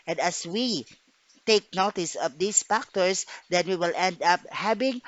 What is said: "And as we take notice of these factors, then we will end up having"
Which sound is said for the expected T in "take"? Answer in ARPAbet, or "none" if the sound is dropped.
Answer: T